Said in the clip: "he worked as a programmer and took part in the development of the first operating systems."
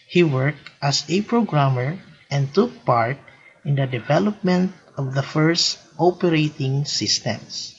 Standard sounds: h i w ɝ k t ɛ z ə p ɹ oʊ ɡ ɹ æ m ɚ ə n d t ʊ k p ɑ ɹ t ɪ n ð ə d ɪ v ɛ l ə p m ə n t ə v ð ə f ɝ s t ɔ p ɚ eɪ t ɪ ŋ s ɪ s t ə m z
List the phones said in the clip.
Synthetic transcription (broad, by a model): h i w ɝ k t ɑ s ə p ɹ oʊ ɡ ɹ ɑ m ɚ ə n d t ʊ k p ɑ ɹ t ɪ n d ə d ɪ v ɛ l ə p m ə n t ə v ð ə f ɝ s t ɔ p ɚ eɪ t ɪ ŋ s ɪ s t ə m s